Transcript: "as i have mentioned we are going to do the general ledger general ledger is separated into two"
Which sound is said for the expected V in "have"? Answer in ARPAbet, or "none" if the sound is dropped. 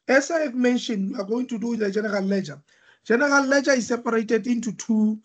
F